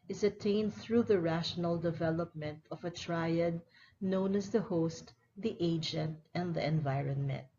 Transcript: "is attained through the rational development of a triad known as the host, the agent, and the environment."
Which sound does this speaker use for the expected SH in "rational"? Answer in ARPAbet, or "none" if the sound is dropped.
SH